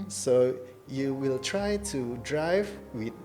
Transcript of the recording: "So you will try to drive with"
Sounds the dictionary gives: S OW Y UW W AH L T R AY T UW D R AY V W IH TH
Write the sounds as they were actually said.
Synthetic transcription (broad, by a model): S OW Y UW W AH L T R AY T UW D R AY V W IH